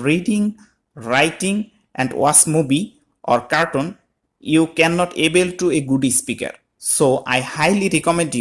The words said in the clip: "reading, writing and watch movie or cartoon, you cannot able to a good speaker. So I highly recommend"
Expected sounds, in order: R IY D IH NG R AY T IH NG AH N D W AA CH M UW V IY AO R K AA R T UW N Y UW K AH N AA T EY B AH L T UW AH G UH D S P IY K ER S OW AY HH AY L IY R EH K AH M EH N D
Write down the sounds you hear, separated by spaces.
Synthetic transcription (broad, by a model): R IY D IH NG R AY T IH NG AH N D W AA S M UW B IY AO R K AA R T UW N Y UW K AH N AA T EY B AH L T UW AH G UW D S P IY K ER S OW AY HH AY L IY R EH K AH M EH N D